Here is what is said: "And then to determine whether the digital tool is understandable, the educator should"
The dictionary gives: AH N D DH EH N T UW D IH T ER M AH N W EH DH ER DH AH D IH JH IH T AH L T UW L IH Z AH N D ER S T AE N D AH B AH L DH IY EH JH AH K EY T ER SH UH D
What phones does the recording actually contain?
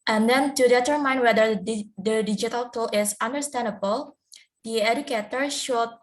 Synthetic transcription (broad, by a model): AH N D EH N T UW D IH T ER M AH N W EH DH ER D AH D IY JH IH T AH L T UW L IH S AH N D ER S T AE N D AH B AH L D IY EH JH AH K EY T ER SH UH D